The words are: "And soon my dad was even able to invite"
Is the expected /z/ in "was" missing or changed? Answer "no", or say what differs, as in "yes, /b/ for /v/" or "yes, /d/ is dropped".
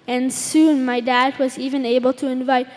no